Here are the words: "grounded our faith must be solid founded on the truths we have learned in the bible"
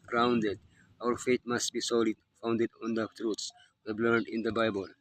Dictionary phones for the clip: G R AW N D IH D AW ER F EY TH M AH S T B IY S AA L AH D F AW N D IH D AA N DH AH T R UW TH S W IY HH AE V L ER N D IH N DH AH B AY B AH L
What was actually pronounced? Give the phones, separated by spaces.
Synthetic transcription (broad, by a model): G R AW N D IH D AW ER F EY T M AH S T B IY S AA L AH D F AW N D IH D AA N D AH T R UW T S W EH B L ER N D IH N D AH B AY B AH L